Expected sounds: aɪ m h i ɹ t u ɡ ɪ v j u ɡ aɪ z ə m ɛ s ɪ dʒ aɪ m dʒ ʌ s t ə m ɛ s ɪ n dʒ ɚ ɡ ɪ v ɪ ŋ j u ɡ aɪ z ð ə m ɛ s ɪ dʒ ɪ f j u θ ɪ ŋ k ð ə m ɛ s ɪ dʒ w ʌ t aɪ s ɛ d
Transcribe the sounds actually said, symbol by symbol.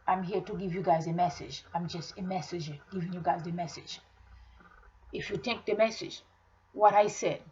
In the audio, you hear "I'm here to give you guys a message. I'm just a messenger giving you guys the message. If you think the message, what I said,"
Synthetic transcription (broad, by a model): aɪ m h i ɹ t u ɡ ɪ v j u ɡ aɪ z ə m ɛ s ɪ dʒ aɪ m dʒ ʌ s t ə m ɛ s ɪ dʒ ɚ ɡ ɪ v ɪ ŋ j u ɡ aɪ z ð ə m ɛ s ɪ dʒ ɪ f j u t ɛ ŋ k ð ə m ɛ s ɪ dʒ w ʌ t aɪ s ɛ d